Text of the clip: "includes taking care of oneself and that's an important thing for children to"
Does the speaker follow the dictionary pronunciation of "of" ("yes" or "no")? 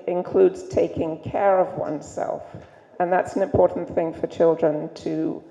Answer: yes